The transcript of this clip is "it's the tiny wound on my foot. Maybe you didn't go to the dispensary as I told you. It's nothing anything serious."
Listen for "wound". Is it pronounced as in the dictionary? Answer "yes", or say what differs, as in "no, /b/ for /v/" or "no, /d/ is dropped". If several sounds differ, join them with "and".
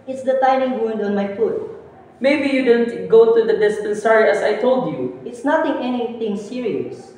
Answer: yes